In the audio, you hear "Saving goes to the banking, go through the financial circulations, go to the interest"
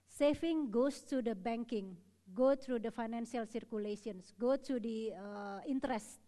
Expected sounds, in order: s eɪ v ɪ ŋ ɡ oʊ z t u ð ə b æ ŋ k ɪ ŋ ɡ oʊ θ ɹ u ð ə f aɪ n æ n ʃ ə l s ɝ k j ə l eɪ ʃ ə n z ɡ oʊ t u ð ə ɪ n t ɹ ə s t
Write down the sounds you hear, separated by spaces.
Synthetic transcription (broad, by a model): s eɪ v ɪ ŋ ɡ oʊ s t u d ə b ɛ ŋ k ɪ ŋ ɡ oʊ t ɹ u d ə f aɪ n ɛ n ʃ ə l s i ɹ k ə l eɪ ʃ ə n s ɡ oʊ t u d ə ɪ n t ɹ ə s t